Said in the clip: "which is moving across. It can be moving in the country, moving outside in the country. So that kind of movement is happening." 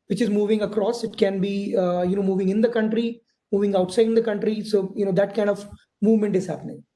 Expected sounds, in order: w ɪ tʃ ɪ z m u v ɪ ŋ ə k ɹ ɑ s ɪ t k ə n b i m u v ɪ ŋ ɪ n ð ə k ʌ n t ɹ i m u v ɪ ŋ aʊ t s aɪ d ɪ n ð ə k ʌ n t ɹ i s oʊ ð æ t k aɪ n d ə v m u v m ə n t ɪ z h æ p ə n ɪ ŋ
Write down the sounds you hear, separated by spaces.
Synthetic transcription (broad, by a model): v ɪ tʃ ɪ z m u v ɪ ŋ ə k ɹ ɑ s ɪ t k ə n b i m u v ɪ ŋ ɪ n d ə k ʌ n t ɹ i m u v ɪ ŋ aʊ t s aɪ d ɪ n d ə k ʌ n t ɹ i s oʊ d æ t k aɪ n d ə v m u v m ə n t ɪ z h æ p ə n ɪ ŋ